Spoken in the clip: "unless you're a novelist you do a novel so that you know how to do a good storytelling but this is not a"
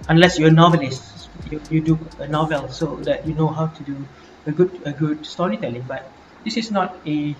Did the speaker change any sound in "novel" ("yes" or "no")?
no